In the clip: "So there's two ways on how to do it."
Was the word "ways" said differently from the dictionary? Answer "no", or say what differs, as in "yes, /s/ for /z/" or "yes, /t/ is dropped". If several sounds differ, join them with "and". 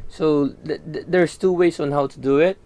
yes, /s/ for /z/